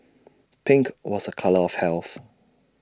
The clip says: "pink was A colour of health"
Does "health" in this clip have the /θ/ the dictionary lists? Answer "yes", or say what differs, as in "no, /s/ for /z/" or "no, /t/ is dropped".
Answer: yes